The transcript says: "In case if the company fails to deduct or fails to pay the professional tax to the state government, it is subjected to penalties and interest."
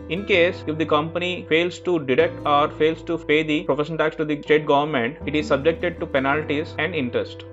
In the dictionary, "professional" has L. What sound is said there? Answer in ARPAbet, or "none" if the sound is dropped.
N